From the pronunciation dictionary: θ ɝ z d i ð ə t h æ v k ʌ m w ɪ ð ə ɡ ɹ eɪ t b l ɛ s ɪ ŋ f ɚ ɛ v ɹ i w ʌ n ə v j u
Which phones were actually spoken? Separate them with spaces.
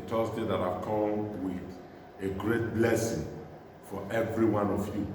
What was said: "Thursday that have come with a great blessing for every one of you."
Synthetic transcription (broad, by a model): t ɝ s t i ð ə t h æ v k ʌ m w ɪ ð ə ɡ ɹ eɪ t b l ɛ s ɪ ŋ f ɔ ɛ v ɹ i w ʌ n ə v j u